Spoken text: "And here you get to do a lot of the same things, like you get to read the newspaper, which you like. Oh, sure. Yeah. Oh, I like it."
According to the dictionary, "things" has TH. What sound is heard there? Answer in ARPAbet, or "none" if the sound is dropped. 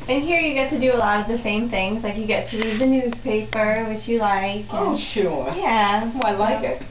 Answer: TH